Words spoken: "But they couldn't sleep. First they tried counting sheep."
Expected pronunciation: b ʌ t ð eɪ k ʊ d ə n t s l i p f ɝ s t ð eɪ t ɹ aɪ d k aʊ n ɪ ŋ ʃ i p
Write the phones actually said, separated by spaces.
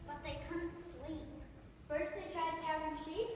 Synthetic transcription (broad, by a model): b ʌ t ð eɪ k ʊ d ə n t s l i p f ɝ s t ð eɪ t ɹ aɪ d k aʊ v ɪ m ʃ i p